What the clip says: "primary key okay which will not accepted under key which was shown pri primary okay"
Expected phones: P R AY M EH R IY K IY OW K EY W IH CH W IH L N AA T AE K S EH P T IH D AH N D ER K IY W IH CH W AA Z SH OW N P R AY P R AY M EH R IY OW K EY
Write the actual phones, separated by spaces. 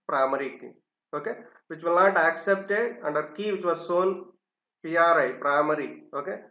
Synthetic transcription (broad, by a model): P R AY M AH R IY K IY OW K EY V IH CH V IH L N AA T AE K S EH P T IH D AH N D ER K IY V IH CH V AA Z S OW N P R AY P R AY M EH R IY OW K EY